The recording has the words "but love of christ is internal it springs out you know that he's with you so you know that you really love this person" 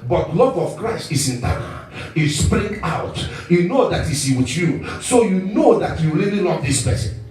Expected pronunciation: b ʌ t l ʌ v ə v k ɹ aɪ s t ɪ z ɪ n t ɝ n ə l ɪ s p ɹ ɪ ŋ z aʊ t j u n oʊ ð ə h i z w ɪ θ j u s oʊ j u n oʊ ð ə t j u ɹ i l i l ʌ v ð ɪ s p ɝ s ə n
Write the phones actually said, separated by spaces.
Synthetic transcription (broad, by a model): b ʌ t l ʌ v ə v k ɹ aɪ s t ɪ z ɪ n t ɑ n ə s p ɹ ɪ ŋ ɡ aʊ t j u n oʊ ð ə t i s w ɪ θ j u s oʊ j u n oʊ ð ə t j u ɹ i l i l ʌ v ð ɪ s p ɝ s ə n